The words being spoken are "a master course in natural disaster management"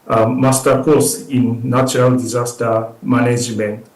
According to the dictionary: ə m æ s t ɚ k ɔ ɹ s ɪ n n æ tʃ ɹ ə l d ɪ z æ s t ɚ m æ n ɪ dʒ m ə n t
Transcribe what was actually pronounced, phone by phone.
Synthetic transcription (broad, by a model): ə m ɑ s t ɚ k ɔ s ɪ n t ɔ ɹ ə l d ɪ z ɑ s t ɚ m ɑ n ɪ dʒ m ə n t